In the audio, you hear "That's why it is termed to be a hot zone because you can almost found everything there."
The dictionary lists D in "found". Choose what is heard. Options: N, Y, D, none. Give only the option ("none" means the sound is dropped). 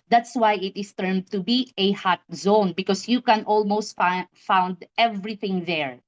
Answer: D